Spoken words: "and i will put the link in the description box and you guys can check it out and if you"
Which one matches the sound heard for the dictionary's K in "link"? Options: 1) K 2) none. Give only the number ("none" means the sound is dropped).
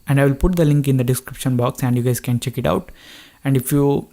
1